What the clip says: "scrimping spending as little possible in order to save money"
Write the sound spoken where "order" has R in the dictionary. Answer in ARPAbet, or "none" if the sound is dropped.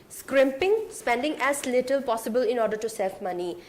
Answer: R